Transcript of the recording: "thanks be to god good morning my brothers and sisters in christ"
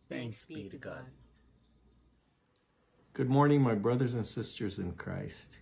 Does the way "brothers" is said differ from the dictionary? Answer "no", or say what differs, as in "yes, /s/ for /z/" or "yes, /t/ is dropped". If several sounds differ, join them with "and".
no